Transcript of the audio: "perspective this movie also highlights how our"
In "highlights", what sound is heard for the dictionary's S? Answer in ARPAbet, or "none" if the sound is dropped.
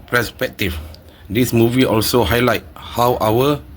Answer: none